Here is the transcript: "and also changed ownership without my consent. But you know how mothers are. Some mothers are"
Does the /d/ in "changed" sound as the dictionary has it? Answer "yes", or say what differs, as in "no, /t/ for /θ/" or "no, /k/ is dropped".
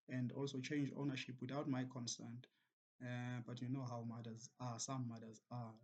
no, /d/ is dropped